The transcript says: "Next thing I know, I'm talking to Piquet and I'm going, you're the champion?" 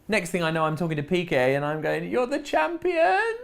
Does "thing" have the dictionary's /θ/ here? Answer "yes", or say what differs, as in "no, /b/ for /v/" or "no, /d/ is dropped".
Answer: yes